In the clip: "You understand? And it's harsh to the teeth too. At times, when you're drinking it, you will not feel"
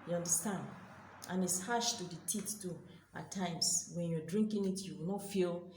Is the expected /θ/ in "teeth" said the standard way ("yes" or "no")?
no